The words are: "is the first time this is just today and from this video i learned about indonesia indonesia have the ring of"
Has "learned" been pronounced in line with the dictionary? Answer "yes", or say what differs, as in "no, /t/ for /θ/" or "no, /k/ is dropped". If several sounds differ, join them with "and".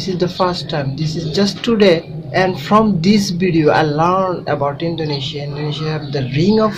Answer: yes